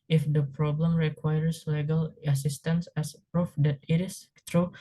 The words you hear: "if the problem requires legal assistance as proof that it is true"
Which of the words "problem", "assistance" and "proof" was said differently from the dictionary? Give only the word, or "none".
none